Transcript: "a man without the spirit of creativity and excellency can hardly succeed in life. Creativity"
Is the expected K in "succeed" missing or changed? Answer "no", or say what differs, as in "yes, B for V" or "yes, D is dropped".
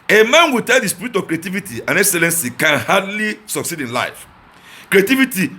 no